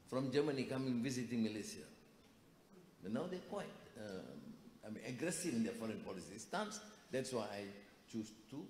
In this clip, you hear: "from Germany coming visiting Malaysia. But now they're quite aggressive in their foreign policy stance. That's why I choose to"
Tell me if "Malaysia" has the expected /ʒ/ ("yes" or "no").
no